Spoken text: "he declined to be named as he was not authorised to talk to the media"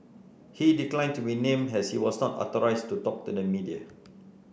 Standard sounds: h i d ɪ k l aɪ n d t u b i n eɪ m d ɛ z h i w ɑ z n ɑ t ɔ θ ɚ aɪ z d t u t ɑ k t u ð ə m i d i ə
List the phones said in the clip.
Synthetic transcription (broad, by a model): h i d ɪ k l aɪ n t u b i n eɪ m ɛ s h i w ɑ s n ɑ t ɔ t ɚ aɪ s t u t ɑ k t u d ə m i d i ə